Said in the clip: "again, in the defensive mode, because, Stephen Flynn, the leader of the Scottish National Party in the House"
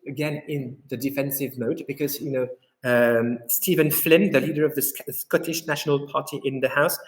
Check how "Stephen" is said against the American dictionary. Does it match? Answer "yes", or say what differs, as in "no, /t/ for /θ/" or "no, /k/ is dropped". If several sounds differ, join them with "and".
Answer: yes